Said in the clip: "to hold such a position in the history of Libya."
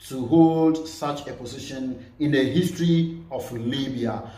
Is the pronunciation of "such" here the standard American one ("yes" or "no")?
yes